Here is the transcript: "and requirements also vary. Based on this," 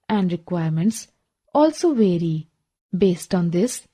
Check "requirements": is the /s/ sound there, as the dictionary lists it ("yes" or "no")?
yes